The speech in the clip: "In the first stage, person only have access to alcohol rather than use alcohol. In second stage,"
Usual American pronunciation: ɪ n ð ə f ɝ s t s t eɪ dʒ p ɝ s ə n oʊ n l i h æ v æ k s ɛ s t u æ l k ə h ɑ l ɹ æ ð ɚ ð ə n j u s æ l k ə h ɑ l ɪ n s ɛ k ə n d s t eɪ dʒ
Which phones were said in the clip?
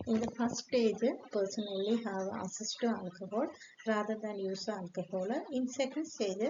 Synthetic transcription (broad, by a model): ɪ n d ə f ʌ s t s t eɪ dʒ p ɝ s ə n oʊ l i h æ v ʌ s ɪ s t u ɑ l k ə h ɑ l ɹ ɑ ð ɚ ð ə n j u s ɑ l k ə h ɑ l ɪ n s ɛ k ə n d s t eɪ dʒ